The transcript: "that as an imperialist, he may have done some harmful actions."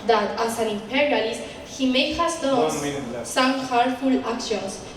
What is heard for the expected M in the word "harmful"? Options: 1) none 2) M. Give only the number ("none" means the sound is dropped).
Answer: 1